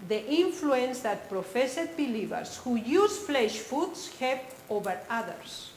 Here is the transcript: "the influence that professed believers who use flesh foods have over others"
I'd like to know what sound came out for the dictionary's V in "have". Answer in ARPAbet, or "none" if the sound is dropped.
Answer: P